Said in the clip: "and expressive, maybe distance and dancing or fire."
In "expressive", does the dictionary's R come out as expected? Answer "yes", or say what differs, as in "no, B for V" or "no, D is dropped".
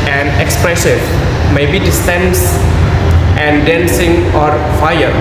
yes